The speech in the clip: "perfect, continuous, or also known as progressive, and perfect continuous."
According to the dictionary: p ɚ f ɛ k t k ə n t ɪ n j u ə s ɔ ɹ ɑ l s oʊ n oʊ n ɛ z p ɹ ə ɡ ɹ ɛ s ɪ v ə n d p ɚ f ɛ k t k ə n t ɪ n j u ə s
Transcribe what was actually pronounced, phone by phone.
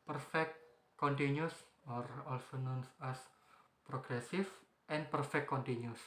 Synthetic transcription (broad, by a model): p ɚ f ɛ k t k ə n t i n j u s ɔ ɹ ɑ l s oʊ n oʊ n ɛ s p ɹ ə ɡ ɹ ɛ s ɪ f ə n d p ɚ f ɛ k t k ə n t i n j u s